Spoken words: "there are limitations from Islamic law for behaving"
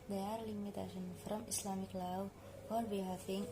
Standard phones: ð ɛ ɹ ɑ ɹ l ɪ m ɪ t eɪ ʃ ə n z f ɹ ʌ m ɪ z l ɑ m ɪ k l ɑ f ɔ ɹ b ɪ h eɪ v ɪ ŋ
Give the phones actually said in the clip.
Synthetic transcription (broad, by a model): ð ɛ ɑ ɹ l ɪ m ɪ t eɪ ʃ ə n f ɹ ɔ m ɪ s l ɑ m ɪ k l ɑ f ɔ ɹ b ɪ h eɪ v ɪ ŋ